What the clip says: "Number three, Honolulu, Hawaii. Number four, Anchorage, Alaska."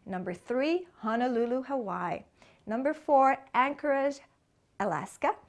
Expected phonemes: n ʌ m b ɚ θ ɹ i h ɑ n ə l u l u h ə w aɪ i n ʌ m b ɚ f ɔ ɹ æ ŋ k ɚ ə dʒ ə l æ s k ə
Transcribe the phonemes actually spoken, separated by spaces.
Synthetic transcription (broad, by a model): n ʌ m b ɚ θ ɹ i h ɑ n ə l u l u h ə w aɪ n ʌ m b ɚ f ɔ ɹ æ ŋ k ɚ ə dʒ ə l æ s k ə